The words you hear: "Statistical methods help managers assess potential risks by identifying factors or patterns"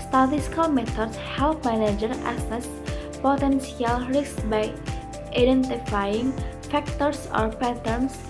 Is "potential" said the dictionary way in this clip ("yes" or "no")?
no